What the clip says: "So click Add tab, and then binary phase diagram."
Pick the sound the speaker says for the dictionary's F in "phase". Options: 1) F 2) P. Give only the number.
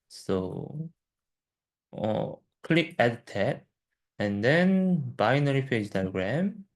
2